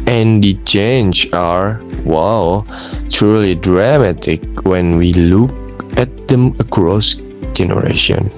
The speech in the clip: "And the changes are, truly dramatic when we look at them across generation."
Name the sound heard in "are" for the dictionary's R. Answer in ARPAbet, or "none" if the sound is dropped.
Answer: L